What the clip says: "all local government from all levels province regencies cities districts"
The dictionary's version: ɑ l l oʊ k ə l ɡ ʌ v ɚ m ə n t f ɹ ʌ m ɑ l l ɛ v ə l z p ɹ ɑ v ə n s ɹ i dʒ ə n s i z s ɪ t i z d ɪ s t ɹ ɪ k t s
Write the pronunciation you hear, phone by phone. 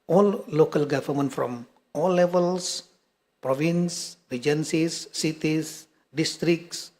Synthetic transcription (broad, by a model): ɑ l l oʊ k ə l ɡ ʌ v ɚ m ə n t f ɹ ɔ m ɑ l l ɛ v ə l s p ɹ ɑ v ə n s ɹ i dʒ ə n s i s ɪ t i s d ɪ s t ɹ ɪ k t s